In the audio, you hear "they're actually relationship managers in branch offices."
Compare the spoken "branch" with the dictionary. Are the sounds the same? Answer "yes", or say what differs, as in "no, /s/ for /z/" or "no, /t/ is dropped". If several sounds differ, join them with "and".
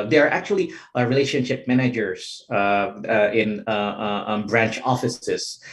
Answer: yes